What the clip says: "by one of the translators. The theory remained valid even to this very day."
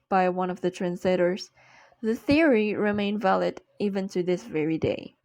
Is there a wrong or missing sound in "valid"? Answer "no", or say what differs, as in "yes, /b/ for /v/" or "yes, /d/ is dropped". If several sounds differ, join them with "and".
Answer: no